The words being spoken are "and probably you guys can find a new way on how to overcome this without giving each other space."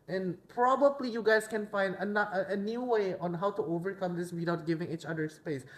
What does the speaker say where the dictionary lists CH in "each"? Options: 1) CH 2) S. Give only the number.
1